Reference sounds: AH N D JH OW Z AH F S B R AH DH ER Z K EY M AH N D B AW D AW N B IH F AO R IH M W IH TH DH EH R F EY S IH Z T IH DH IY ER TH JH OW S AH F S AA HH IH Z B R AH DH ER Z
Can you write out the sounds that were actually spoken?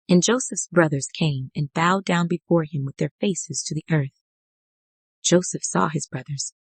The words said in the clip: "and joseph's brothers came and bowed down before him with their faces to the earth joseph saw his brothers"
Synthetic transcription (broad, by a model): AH N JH OW S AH F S B R AH DH ER Z K EY M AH N B AW D AW N B IH F AO R IH M W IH DH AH R F EY S IH Z T IH DH IY ER TH JH OW S AH F S AA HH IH Z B R AH DH ER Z